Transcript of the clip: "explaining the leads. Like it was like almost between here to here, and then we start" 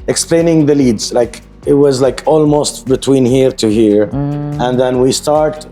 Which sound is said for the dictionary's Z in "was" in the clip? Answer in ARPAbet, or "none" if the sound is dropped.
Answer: Z